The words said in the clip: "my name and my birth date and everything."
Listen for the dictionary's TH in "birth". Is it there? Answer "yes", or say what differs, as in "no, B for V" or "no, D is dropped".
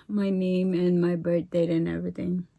no, T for TH